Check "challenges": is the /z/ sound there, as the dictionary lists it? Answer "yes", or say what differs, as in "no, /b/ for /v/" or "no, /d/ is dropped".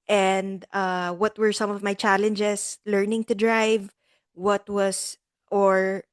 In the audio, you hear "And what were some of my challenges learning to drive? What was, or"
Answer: no, /s/ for /z/